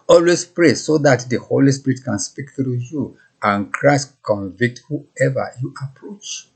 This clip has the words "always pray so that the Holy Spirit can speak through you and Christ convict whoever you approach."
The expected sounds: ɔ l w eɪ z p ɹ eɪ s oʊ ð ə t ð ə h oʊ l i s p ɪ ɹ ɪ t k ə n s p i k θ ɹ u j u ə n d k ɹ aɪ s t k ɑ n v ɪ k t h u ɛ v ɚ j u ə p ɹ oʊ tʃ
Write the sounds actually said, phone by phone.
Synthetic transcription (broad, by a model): ɔ l w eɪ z p ɹ eɪ s oʊ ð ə t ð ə h oʊ l i s p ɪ ɹ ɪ t k ə n s p i k t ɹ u j u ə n k ɹ aɪ s t k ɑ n v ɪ k t h u ɛ v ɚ j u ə p ɹ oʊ tʃ